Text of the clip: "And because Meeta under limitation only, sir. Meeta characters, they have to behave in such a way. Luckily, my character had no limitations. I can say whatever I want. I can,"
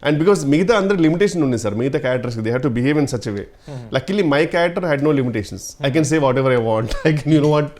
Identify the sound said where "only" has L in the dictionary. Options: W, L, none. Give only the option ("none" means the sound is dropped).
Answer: none